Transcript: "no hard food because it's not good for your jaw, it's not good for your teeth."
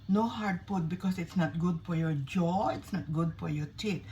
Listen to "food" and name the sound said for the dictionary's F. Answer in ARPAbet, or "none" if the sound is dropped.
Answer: P